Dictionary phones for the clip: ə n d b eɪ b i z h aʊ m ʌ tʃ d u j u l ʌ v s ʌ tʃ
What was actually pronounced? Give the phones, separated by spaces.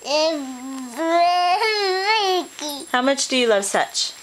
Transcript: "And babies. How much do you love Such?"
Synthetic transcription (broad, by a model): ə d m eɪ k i h aʊ m ʌ tʃ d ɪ j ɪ l ʌ v s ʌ tʃ